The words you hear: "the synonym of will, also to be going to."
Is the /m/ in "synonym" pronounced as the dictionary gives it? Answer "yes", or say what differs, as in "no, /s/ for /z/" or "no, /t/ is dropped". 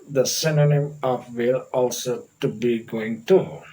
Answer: yes